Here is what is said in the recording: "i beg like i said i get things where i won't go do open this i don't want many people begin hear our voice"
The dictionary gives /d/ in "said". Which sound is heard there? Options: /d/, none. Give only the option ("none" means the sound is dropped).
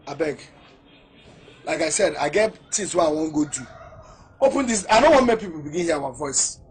/d/